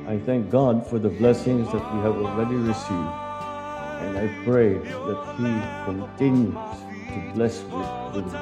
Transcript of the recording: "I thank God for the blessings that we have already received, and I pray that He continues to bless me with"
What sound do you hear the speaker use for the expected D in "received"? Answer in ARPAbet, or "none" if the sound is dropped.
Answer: D